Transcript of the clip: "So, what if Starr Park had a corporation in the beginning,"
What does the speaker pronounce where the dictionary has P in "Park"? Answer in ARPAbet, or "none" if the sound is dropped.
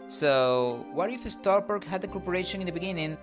B